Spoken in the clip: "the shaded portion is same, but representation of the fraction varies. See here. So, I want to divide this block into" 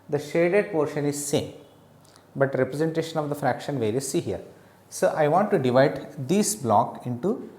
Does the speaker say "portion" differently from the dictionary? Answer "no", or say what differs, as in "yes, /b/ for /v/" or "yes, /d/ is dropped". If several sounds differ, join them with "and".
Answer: no